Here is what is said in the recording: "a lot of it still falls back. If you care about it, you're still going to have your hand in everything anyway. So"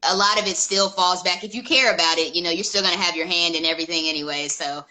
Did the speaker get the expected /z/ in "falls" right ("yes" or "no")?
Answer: yes